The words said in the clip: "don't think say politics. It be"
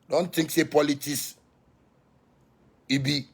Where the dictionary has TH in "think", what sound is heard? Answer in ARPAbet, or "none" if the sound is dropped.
T